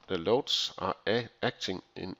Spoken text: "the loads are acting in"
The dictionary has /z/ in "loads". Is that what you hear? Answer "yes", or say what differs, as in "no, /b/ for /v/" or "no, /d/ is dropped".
no, /s/ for /z/